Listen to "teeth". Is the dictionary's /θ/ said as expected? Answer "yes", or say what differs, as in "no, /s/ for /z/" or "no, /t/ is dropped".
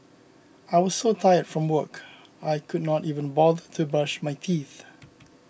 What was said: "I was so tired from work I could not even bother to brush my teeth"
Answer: yes